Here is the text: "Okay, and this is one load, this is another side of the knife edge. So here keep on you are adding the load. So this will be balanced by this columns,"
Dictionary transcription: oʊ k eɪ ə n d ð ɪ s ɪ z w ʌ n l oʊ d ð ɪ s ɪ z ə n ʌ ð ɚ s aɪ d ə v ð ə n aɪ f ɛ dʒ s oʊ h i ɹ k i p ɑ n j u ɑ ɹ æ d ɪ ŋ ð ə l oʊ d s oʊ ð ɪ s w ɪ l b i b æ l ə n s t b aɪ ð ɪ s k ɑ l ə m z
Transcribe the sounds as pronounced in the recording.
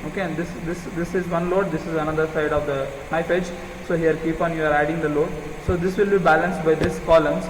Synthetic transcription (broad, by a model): oʊ k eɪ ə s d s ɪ s ɪ z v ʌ n l oʊ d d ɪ s ɪ z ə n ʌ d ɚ s aɪ d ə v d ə n aɪ f ɛ dʒ s oʊ h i ɹ k i p ɑ n j u ɑ ɹ æ d ɪ ŋ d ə l oʊ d s oʊ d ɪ s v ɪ l b i b æ l ə n s t b aɪ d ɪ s k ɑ l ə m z